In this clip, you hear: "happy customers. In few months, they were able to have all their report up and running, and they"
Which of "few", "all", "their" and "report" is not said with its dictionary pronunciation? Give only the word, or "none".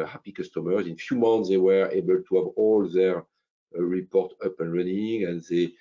none